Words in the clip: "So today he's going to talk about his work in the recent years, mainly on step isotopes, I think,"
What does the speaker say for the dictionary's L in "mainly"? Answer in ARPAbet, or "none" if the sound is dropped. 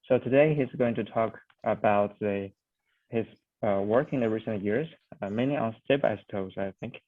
none